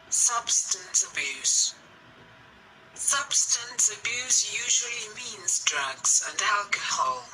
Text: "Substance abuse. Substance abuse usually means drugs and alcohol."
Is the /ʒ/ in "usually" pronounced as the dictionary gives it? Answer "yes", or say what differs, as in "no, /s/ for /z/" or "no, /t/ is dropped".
yes